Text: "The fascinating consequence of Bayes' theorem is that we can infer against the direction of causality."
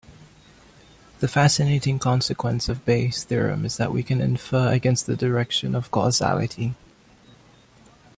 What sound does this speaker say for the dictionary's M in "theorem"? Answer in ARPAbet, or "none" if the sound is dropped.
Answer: M